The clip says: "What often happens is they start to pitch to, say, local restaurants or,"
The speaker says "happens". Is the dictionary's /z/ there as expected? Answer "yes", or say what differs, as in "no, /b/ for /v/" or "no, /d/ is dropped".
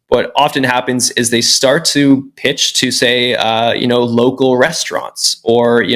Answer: yes